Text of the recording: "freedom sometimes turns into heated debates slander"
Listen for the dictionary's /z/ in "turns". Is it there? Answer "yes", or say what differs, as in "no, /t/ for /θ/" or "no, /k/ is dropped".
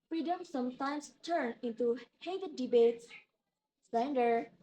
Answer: no, /z/ is dropped